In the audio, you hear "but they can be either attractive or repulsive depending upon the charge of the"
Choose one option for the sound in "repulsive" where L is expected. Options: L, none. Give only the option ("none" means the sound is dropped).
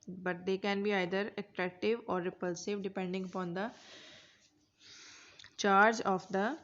L